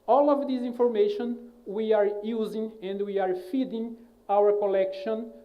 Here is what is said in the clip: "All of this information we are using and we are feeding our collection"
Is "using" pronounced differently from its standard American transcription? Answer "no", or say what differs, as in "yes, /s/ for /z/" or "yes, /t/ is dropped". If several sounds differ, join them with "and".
no